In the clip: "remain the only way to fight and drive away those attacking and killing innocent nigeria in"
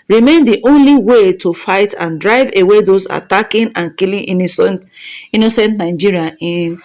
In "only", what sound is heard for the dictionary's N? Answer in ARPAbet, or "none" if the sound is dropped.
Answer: N